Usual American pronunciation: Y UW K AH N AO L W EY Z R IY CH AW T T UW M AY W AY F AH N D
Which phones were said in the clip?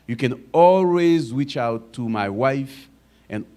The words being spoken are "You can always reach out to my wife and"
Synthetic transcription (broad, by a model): Y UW K AH N AO L W EY Z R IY CH AW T T UW M AY W AY F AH N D